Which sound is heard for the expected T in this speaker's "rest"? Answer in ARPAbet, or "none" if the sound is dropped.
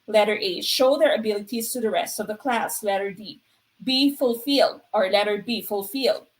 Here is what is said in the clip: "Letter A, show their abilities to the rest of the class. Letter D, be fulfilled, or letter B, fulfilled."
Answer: T